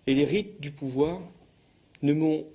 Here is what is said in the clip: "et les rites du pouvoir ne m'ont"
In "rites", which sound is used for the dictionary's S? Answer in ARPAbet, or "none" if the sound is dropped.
none